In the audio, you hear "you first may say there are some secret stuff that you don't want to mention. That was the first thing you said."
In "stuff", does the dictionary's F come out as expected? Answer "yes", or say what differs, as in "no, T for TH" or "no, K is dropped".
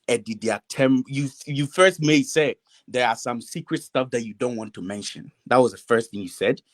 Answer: yes